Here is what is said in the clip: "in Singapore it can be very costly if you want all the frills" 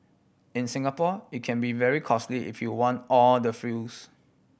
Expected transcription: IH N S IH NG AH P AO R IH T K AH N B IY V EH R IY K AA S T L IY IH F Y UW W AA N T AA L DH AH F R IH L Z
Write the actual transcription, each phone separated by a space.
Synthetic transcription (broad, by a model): IH N S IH NG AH P AO IH T K AH N B IY V EH R IY K AA S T L IY IH F Y UW W AA N T AA L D AH F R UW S